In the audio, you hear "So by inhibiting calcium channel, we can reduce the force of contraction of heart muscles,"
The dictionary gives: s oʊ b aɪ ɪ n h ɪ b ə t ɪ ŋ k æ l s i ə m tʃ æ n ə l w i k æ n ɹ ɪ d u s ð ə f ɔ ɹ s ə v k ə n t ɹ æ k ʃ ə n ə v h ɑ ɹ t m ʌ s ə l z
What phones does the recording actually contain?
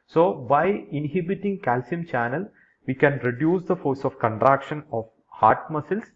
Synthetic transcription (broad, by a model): s oʊ b aɪ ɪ n h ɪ b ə t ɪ ŋ k æ l s i ə m tʃ æ n ə l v i k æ n ɹ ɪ d u s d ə f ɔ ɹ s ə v k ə n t ɹ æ k ʃ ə n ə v h ɑ ɹ t m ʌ s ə l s